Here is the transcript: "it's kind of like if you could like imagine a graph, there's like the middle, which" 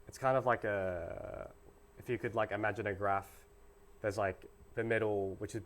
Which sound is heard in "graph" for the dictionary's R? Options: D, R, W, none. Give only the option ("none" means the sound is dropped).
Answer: R